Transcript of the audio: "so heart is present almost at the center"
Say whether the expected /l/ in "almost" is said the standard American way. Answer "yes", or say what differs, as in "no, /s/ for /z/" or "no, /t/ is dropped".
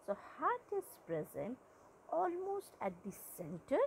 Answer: yes